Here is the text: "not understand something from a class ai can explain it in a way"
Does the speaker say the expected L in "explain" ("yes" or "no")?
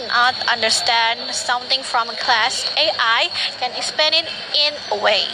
no